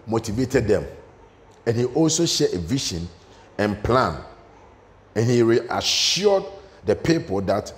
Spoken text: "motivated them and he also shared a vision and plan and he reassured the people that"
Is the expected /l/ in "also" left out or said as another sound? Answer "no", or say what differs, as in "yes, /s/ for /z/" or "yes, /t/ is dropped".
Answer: no